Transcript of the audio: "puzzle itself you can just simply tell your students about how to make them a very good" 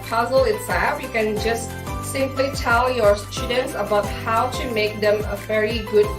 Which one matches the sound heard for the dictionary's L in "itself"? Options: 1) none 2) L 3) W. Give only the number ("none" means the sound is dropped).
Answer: 1